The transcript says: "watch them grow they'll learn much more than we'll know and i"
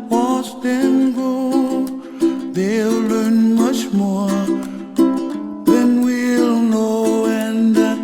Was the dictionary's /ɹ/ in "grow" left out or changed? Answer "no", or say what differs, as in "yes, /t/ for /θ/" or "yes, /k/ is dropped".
yes, /ɹ/ is dropped